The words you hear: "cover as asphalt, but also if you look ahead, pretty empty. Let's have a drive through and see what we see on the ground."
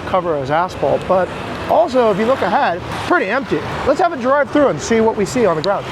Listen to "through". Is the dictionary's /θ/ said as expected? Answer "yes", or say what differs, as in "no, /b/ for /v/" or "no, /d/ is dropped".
yes